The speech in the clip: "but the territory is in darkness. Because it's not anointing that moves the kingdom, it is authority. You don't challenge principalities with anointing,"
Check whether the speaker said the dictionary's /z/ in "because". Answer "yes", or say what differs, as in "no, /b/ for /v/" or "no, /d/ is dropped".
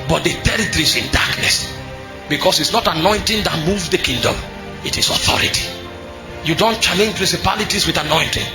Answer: no, /s/ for /z/